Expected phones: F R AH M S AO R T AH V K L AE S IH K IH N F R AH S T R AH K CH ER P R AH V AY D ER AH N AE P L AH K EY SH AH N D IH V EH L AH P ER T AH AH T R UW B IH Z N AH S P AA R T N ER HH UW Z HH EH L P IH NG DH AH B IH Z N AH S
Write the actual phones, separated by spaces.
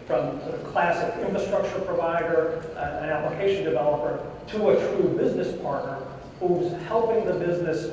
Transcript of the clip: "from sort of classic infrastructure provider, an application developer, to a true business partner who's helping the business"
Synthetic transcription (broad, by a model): F R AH M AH K L AE S IH K IH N F R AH S T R AH K CH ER P R AH V AY D ER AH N AE P L AH K EY SH AH N D IH V EH L AH P ER T AH AH T R UW B IH Z N AH S P AA R T N ER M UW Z HH EH L P IH NG DH AH B IH Z N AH S